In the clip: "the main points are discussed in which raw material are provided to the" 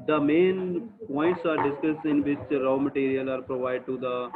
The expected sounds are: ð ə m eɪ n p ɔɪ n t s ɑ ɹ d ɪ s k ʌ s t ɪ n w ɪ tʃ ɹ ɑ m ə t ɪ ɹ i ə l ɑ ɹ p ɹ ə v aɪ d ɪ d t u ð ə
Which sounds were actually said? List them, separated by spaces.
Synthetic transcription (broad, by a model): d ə m eɪ n p ɔɪ n t s ɑ ɹ d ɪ s k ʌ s ɪ n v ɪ tʃ ɹ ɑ m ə t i ɹ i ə l ɑ ɹ p ɹ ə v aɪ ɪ d t u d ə